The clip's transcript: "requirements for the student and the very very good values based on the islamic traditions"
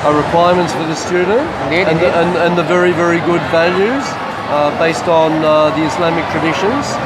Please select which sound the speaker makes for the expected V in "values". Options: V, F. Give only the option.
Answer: V